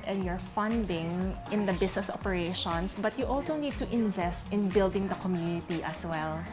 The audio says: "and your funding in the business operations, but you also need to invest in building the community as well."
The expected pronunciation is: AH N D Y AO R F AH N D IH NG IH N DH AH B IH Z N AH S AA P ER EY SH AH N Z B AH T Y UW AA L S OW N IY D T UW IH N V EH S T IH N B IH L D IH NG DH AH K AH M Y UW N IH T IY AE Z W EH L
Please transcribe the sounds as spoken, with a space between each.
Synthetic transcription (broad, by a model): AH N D Y AO R F AH N D IH NG IH N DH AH B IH S N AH S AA P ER EY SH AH N S B AH T Y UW AA L S OW N IY D T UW IH N V EH S T IH N B IH L D IH NG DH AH K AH M Y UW N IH T IY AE S W EH L